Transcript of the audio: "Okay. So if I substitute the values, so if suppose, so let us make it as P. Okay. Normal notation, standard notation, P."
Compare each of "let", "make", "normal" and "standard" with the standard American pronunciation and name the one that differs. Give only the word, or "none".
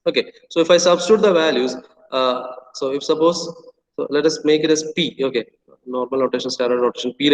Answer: standard